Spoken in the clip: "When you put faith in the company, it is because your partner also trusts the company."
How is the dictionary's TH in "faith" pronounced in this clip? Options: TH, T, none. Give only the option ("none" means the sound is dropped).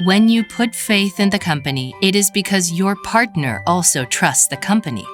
TH